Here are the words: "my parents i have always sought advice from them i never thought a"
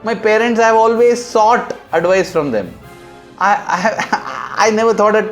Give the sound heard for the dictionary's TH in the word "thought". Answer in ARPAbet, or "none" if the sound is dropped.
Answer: T